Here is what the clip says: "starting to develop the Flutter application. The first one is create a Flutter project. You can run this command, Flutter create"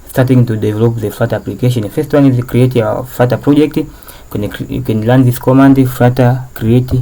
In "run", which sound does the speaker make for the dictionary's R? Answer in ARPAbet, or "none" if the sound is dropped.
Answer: L